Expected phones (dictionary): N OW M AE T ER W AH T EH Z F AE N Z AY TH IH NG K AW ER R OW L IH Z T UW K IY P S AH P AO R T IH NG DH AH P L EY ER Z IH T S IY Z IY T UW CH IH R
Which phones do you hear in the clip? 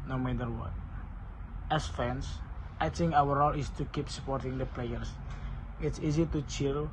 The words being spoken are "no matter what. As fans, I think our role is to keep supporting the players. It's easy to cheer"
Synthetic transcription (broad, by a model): N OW M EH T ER W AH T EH S F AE N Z AY T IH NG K AW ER R OW L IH S T UW K IY P S AH P AO R T IH NG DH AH P L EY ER S IH T S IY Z IY T UW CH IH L